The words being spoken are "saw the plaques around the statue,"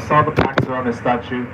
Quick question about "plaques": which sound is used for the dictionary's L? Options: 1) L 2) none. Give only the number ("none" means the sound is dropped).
2